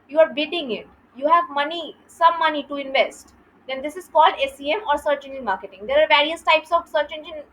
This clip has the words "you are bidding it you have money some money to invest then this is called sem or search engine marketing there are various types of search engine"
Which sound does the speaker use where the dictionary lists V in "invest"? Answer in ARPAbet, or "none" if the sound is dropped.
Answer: V